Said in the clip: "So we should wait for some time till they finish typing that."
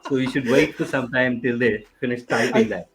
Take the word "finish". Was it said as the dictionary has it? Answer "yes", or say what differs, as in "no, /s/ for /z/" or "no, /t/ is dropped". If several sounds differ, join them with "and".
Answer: no, /s/ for /ʃ/